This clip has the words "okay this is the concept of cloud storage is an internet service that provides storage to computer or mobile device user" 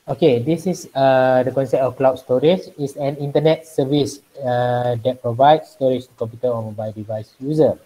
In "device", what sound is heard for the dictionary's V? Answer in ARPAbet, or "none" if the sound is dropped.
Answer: V